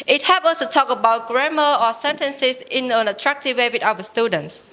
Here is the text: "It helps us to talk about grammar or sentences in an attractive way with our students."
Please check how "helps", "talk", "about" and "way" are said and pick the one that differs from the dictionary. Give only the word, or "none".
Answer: helps